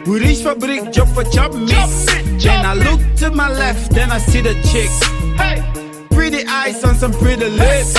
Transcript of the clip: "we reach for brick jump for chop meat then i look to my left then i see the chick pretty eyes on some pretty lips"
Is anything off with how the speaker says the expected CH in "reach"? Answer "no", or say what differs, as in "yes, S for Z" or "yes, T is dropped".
yes, SH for CH